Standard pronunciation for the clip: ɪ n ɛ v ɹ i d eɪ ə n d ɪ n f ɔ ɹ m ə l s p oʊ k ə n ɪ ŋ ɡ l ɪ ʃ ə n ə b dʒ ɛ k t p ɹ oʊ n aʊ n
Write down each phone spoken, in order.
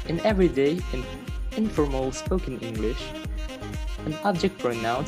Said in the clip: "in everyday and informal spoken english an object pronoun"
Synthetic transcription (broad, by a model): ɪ n ɛ v ɹ i d eɪ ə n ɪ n f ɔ ɹ m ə l s p oʊ k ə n ɪ ŋ ɡ l ɪ ʃ ə n ə b dʒ ɛ k t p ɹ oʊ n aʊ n